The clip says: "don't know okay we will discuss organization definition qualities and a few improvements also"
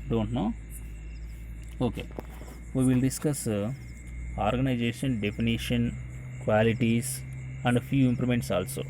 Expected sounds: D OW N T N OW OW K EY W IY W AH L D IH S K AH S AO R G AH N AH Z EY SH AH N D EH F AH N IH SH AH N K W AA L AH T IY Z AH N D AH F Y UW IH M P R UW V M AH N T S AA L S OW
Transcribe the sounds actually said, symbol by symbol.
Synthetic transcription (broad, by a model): D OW N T N OW OW K EY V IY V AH L D IH S K AH S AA R G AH N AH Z EY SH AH N D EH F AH N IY SH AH N K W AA L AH T IY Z AH N D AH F Y UW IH M P L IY M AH N T S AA L S OW